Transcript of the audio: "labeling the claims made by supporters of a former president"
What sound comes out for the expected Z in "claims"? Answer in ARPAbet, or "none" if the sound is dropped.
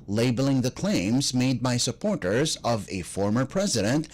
Z